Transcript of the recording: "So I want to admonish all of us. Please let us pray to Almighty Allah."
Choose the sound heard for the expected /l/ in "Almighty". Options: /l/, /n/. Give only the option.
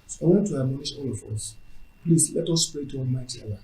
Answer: /n/